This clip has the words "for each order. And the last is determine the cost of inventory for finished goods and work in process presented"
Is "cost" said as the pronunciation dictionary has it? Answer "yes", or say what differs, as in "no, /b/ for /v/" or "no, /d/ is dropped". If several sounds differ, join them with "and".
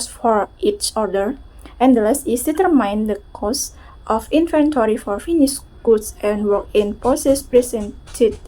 yes